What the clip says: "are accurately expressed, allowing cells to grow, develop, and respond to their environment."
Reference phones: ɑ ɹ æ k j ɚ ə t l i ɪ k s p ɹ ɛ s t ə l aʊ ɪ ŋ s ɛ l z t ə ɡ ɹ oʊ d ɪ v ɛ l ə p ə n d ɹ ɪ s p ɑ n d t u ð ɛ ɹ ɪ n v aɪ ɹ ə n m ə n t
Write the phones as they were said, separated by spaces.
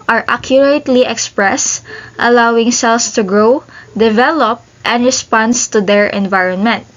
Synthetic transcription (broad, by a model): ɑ ɹ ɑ k j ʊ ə t l i ɪ k s p ɹ ɛ s t ə l aʊ ɪ ŋ s ɛ l s t ə ɡ ɹ oʊ d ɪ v ɛ l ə p ə n d ɹ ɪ s p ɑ n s t u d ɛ ɹ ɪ n v aɪ ɹ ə n m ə n t